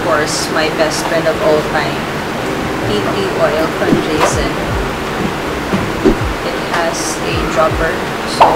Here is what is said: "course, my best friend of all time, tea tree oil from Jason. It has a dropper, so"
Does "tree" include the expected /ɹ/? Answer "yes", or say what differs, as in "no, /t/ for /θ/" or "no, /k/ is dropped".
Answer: no, /l/ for /ɹ/